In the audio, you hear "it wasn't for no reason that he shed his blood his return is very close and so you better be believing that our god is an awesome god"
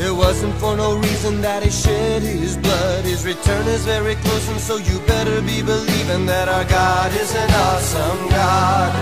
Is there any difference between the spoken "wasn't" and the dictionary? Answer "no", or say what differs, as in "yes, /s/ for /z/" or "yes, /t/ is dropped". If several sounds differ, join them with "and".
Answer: no